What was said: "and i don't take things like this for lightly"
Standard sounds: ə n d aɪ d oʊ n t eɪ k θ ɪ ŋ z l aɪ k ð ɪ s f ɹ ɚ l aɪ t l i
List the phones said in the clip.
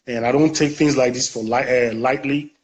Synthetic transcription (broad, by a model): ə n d aɪ d oʊ n t eɪ k θ ɪ ŋ z l aɪ k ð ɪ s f l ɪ l aɪ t l i